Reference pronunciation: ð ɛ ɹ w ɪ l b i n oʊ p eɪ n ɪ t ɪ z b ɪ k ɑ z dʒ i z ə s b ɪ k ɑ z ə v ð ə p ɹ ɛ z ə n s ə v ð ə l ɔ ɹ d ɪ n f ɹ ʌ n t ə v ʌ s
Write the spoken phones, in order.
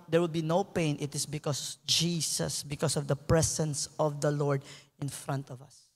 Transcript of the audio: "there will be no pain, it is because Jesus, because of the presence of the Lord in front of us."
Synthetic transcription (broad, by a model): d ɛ ɹ w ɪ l b i n oʊ p eɪ n ɪ t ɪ s b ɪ k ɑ s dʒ i s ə s b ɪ k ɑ s ə v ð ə p ɹ ɛ s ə n s ə v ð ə l ɔ ɹ d ɪ n f ɹ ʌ n t ə v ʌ s